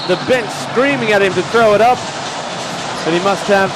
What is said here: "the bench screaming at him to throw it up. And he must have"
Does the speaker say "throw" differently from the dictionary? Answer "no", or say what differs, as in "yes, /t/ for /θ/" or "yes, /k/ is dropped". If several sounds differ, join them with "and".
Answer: no